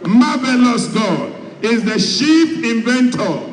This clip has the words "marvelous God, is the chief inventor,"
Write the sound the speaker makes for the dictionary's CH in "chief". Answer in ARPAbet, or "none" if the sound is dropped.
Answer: SH